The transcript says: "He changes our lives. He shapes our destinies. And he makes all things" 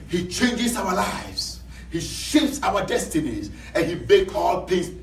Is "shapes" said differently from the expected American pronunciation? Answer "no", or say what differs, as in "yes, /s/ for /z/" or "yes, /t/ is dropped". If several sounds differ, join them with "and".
yes, /p/ is dropped